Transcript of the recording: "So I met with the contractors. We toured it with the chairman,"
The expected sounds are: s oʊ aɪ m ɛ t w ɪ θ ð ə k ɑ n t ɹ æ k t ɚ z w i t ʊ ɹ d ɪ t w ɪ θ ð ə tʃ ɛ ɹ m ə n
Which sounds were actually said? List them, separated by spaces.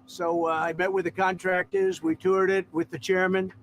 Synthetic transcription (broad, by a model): s oʊ aɪ m ɛ t w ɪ ð ə k ɑ n t ɹ æ k t ɚ z w i t ʊ ɹ d ɪ t w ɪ ð ə tʃ ɛ ɹ m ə n